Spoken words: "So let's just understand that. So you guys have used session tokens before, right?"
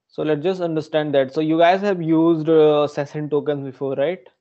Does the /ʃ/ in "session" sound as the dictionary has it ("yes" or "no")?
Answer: no